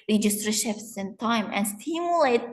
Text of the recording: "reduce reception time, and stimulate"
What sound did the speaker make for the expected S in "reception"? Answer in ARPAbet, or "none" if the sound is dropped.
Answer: SH